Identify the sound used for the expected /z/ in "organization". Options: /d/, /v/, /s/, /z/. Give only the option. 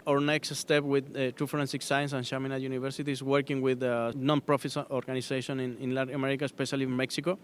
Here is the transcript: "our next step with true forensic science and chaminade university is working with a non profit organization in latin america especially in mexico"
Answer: /s/